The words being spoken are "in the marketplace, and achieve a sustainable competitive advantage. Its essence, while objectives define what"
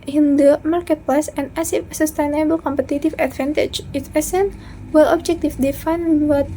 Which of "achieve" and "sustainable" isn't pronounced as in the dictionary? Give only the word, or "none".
achieve